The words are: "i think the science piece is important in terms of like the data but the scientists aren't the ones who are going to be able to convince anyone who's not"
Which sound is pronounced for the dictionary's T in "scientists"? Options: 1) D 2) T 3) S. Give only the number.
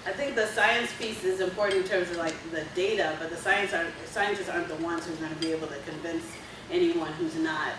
3